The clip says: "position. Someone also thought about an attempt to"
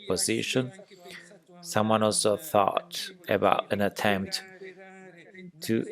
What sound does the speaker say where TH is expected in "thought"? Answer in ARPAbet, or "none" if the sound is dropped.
TH